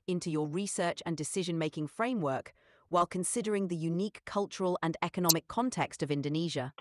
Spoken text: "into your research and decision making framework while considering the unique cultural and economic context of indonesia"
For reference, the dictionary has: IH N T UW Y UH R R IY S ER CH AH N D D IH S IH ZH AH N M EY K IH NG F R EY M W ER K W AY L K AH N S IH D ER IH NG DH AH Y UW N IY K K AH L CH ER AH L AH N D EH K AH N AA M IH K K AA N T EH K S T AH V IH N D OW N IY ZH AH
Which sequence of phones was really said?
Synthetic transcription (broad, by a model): IH N T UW Y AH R R IY S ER CH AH N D D IH S IH ZH AH N M EY K IH NG F R EY M W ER K W AY L K AH N S IH D ER IH NG DH AH Y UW N IY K K AH L CH ER AH L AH N EH K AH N AA M IH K K AA N T EH K S T AH V IH N D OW N IY ZH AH